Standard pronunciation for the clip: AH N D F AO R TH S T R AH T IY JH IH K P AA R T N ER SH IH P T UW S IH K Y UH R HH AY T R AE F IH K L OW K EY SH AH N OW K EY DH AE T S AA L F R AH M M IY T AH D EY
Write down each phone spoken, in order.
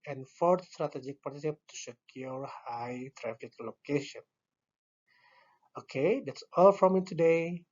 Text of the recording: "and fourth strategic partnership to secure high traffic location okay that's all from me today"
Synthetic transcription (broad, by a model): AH N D F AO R T S T R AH T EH JH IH K P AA R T ER S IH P T UW S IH K Y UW R HH AY T R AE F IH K L OW K EY SH AH N OW K EY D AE T S AA L F R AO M M IY T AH D EY